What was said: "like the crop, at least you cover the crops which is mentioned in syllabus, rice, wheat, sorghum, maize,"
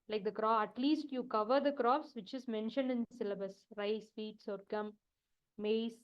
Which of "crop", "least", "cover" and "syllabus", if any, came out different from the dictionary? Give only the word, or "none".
crop